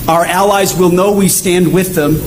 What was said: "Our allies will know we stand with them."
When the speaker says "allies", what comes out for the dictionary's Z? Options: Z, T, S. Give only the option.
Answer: Z